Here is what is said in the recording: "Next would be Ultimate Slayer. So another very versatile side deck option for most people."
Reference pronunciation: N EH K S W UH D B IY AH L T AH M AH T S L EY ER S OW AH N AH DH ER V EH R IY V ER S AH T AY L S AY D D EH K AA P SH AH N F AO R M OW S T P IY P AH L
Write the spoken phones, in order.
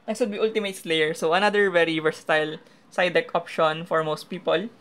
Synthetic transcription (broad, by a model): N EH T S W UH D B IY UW L T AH M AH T S L EY ER S OW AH N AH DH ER V EH R IY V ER S T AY L S AY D D EH K AA P SH AH N F AO R M OW S T P IY P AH L